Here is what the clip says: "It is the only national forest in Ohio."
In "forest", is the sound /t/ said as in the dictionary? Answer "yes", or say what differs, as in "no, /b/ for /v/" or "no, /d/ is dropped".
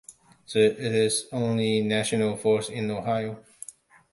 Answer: no, /t/ is dropped